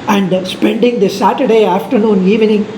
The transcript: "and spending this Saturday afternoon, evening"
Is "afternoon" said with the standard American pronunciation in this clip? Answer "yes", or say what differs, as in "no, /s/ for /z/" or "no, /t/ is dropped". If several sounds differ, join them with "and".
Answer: yes